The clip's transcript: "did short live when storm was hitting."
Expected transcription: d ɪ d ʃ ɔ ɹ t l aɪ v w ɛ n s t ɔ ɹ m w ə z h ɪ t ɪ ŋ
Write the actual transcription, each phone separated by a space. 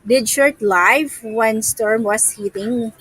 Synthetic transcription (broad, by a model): d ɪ d ʃ ɔ ɹ t l aɪ v w ɛ n s t ɔ ɹ m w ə s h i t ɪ ŋ